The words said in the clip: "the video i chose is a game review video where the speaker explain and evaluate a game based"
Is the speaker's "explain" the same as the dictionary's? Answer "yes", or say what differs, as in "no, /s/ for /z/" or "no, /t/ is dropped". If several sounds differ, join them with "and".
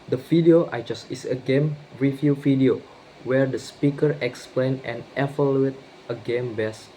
yes